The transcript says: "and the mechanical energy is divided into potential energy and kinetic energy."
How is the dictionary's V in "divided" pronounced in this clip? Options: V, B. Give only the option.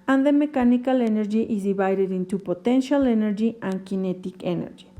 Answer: B